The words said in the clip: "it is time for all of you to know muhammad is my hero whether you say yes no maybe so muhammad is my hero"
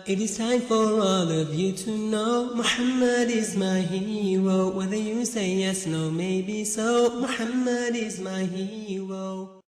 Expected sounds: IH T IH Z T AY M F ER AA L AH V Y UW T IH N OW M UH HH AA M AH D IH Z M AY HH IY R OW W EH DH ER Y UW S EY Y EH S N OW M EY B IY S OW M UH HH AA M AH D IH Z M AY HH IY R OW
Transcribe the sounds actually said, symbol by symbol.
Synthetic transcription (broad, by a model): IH T IH Z S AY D F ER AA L AH V Y UW T IH N OW M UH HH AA M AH D IH Z M AY HH IY R OW W EH DH ER Y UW S EY Y EH S N OW M EY B IY S OW M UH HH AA M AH D IH Z M AY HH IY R OW